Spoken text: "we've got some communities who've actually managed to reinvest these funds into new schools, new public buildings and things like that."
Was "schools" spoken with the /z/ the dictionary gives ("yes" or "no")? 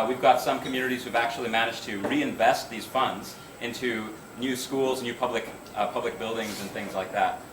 yes